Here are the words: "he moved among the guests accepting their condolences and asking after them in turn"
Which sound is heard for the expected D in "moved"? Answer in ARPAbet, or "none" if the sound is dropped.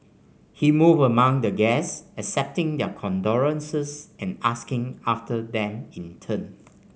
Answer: none